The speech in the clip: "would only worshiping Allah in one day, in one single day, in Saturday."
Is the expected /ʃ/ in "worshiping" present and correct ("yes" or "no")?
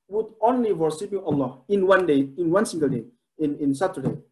no